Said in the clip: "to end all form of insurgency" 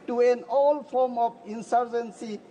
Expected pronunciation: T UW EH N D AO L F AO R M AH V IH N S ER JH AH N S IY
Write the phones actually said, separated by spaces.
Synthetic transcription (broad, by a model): T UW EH N AO L F AO R M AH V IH N S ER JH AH N S IY